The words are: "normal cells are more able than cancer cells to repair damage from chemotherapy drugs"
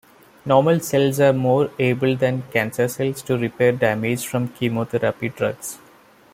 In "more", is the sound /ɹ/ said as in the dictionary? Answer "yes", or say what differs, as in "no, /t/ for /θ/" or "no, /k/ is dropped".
yes